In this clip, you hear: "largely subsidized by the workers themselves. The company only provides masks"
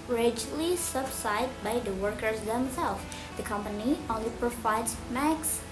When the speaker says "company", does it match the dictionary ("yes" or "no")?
yes